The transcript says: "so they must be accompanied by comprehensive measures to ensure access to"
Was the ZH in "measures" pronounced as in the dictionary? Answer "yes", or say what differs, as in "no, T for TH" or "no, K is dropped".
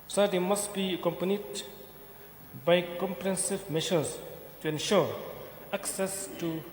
no, SH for ZH